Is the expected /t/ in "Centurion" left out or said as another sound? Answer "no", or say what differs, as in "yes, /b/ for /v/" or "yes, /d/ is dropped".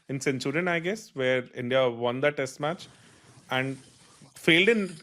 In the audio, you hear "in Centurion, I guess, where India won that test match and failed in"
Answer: yes, /s/ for /t/